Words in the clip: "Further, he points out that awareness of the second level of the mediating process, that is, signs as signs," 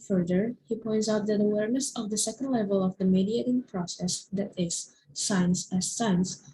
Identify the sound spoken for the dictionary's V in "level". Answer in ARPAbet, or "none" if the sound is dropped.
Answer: V